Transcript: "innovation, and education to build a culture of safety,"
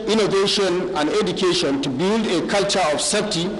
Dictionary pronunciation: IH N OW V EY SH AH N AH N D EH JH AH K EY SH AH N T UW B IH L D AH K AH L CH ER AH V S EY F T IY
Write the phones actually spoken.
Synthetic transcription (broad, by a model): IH N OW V EY SH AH N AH N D EH JH AH K EY SH AH N T UW B IH L D AH K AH L CH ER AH F S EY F T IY